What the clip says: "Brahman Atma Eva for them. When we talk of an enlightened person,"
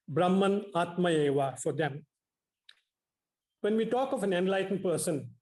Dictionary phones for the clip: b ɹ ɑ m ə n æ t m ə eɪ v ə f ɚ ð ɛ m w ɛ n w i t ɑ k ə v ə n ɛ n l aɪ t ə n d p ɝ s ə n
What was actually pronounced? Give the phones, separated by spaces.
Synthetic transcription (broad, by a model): b ɹ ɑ m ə n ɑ t m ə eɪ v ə f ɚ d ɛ m w ɛ n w i t ɑ k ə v ə n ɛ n l aɪ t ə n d p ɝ s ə n